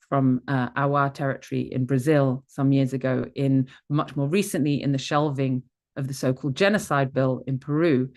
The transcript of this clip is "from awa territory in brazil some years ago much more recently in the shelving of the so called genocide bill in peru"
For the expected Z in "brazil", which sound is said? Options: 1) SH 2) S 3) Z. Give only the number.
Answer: 3